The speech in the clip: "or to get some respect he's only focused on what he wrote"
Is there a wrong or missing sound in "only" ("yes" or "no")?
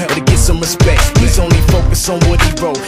no